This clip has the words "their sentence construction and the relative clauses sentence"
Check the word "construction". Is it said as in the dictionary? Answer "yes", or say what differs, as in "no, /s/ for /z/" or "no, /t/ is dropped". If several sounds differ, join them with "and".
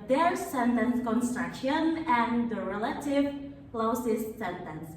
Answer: yes